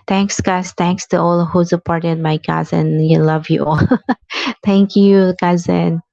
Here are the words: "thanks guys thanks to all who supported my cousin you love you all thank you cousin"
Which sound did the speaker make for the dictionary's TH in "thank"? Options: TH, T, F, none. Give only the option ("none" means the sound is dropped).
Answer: T